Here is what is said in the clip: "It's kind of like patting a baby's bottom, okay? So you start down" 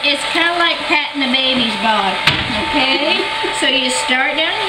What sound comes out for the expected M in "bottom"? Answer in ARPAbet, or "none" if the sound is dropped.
none